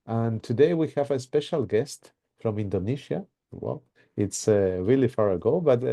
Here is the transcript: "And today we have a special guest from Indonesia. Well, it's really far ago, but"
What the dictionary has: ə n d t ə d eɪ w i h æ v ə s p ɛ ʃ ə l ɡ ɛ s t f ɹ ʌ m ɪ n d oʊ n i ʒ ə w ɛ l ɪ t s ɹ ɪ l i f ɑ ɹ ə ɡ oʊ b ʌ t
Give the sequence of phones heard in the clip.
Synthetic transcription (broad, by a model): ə n t ə d eɪ w i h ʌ v ə s p ɛ ʃ ə l ɡ ɛ s t f ɹ ʌ m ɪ n d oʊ n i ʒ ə w ɛ l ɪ t s ɹ ɪ l i f ɑ ɹ ə ɡ oʊ b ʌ t